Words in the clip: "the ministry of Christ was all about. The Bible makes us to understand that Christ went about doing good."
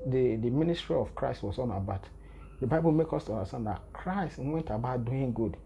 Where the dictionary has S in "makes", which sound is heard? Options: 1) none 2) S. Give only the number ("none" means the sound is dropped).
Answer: 1